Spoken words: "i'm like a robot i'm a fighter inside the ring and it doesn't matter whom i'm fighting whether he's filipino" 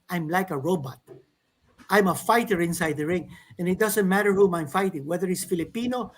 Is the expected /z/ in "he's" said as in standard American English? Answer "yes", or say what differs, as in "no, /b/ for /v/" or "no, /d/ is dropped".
no, /s/ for /z/